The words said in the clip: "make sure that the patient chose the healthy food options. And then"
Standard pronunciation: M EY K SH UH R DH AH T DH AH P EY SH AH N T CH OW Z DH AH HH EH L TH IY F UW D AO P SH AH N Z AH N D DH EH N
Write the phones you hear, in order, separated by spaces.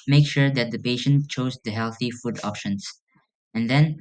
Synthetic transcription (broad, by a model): M EY K SH UH R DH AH T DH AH P EY SH AH N T CH OW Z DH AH HH EH L TH IY F UW D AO P SH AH N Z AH N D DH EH N